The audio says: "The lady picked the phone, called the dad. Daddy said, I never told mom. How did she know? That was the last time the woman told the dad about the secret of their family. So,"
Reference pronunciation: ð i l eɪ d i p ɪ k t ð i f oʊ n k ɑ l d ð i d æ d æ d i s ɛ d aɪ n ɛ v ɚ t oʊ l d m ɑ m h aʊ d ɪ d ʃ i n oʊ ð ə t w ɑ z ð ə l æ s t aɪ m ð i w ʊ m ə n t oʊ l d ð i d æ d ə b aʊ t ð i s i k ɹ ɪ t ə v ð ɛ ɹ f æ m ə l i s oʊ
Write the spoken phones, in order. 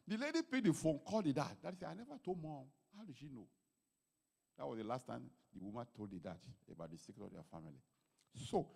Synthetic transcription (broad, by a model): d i l eɪ d i p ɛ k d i f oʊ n k ɑ l d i d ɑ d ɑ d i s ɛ aɪ n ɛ v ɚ t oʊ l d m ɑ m h aʊ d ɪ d ʃ i n oʊ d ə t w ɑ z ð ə l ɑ s t aɪ m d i w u m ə n t oʊ l d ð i d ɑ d ə b aʊ t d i s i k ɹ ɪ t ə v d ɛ f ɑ m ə l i s oʊ